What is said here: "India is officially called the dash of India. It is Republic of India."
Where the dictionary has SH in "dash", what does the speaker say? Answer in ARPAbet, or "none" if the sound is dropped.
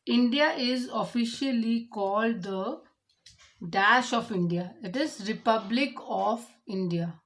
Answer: SH